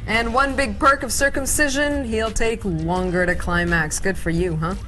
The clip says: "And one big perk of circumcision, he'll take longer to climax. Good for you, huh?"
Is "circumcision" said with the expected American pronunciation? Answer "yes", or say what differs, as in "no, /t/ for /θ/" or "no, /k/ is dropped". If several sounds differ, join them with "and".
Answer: yes